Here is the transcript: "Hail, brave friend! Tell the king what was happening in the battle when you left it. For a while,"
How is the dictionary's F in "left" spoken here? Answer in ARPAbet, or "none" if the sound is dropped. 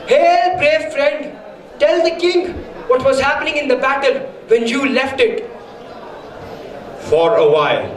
F